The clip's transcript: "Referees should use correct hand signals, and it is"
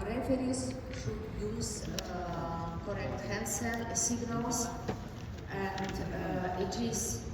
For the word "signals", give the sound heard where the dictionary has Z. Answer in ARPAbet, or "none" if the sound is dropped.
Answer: S